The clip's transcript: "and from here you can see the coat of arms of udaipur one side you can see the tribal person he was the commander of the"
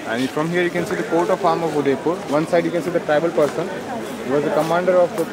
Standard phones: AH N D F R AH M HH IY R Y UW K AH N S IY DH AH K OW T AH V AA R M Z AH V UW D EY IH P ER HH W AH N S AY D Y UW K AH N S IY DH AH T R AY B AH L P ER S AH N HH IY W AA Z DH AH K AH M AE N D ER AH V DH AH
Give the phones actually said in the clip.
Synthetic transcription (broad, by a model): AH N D F R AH M HH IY R Y UW K AH N S IY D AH K OW T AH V AA R M AH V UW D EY P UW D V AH N S AY D Y UW K AH N S IY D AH T R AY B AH L P ER S AH N HH IY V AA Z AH K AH M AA N D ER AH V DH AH